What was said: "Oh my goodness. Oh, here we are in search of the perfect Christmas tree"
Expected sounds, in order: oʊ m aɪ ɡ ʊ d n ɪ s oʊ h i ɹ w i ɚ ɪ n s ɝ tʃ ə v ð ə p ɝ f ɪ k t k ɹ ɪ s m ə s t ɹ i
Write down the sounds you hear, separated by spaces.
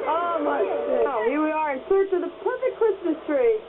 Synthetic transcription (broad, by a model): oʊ m aɪ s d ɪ ʊ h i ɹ w i ɚ ɪ n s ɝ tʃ ə v ð ə p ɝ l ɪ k k ɹ ɪ s m ə s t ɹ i